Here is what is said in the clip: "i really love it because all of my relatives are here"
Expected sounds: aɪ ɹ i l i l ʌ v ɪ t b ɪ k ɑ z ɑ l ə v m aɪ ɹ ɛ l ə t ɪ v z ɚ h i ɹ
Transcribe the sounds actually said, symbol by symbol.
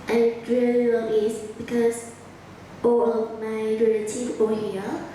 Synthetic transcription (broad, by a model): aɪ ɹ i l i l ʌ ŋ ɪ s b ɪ k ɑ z ɑ l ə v m aɪ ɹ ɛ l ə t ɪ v ɔ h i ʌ